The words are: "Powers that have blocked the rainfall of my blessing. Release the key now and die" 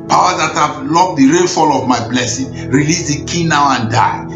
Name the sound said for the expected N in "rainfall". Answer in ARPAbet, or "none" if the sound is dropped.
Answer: L